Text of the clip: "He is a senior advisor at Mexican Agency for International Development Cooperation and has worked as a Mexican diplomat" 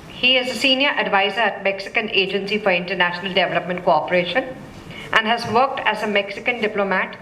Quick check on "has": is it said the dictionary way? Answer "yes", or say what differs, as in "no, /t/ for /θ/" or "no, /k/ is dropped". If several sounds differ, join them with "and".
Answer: yes